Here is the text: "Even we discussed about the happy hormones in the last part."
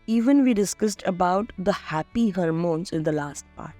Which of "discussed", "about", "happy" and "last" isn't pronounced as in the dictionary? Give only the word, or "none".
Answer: none